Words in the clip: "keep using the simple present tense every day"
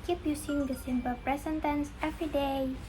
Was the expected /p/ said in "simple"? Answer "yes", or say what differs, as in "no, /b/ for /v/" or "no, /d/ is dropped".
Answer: no, /b/ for /p/